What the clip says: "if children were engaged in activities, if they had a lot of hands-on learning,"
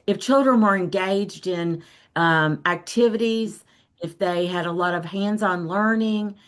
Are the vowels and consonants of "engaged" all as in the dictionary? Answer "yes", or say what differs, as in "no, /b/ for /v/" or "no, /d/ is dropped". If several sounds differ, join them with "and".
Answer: yes